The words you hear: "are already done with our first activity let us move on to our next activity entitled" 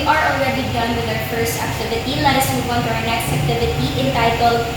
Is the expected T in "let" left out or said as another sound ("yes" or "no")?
yes